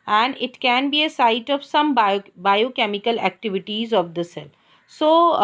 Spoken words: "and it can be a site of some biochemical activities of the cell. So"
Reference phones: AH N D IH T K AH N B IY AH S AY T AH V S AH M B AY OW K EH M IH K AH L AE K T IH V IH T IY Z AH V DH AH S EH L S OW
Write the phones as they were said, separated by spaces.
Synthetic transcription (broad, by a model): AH N D IH T K AH N B IY AH S AY T AH V S AH M B AY OW K EH M IH K AH L AE K T IH V IH T IY Z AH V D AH S EH L S OW